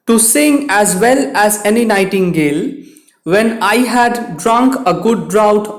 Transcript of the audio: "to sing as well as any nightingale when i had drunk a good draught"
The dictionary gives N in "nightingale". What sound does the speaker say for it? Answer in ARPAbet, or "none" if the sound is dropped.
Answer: N